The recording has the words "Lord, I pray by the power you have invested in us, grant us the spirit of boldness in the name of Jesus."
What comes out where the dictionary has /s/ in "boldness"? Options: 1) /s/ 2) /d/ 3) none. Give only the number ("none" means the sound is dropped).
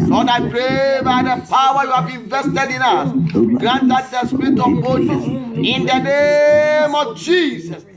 3